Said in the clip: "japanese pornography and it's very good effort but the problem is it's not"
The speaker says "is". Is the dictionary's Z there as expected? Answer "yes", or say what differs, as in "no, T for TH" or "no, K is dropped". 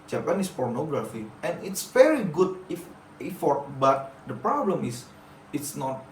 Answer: no, S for Z